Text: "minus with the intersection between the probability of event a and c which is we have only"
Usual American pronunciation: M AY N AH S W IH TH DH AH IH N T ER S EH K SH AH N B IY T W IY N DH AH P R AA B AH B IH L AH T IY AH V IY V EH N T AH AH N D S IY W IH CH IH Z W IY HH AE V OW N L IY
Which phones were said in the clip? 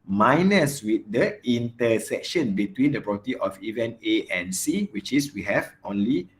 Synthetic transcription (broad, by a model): M AY N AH S W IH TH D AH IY N T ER S EH K SH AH N B IY T W IY N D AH P R AA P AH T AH T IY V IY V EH N AH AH N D S IY W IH CH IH S W IY HH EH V OW N L IY